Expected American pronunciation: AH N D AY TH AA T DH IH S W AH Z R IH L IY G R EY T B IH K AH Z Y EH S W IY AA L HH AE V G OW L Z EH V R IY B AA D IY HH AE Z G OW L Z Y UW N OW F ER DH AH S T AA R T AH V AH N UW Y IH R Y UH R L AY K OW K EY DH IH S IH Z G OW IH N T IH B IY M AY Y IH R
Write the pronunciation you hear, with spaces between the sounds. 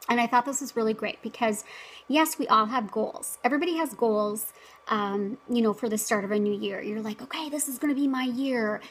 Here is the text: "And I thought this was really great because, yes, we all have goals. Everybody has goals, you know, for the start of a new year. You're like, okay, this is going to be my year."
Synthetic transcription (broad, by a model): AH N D AY TH AA T DH IH S W AH Z R IH L IY G R EY T B IH K AH Z Y EH S W IY AA L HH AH V G OW L Z EH V R IY B AA D IY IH Z G OW L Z Y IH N OW F ER DH AH S T AA R T AH V AH N UW Y IH R Y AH R L AY K OW K EY DH IH S IH Z G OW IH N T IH B IY M AY Y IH R